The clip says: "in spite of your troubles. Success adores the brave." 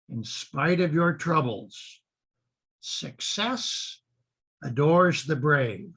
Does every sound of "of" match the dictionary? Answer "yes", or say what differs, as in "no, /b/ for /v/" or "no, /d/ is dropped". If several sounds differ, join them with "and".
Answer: yes